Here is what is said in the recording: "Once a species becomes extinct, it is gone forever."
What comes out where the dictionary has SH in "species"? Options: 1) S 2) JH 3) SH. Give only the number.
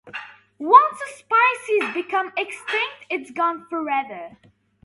1